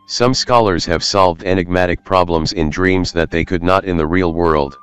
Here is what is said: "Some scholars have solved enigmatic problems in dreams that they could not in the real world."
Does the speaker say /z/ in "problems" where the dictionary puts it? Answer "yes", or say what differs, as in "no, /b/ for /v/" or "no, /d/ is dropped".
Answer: yes